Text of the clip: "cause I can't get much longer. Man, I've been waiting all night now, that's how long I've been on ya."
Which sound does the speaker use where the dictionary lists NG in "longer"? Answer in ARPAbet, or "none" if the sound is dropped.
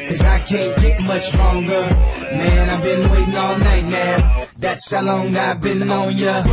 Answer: NG